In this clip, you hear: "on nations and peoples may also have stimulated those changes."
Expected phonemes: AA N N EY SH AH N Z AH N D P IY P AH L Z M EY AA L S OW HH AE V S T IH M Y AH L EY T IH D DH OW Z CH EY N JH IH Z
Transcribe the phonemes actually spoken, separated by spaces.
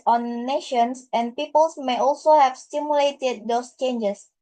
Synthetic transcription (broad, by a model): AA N N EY SH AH N S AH N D P IY P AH L S M EY AA L S OW HH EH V S T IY M Y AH L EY T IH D OW S CH EY N JH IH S